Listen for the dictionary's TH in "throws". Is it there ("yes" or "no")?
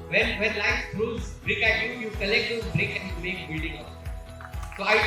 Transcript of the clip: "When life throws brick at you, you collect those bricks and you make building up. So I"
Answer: no